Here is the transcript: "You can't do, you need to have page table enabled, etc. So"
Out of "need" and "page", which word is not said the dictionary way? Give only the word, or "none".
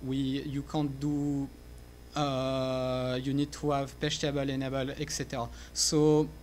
page